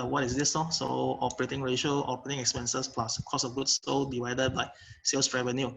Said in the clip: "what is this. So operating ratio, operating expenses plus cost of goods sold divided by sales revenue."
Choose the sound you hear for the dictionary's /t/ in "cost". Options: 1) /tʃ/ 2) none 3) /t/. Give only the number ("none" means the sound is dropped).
2